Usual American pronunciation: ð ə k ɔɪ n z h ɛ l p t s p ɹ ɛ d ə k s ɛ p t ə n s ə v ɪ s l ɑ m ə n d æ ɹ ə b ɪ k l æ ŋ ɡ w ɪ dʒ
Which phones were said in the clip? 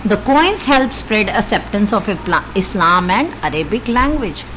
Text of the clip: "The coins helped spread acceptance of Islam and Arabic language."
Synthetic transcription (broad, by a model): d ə k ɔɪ n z h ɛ l p s p ɹ ɛ d ə k s ɛ p t ə n s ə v ɪ s l ɑ m ə n d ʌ ɹ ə b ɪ k l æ ŋ ɡ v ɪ dʒ